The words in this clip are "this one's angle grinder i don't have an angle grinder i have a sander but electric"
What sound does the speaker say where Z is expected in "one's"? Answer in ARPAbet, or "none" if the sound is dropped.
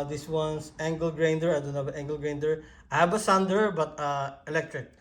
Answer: S